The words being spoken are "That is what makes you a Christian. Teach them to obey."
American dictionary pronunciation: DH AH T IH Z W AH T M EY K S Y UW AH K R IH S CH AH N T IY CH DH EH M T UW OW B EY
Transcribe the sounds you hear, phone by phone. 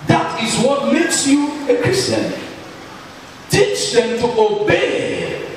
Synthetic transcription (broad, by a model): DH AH T IH Z W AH T M EY K S Y UW AH K R IH S CH AH N T IY CH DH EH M T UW OW B EY